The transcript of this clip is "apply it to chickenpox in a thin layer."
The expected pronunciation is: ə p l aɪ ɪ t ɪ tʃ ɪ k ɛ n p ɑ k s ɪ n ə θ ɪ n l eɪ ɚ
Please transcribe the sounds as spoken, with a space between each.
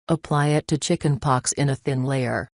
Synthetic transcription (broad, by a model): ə p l aɪ ɪ t ɪ tʃ ɪ k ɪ n p ɑ k s ɪ n ə θ ɪ n l eɪ ɚ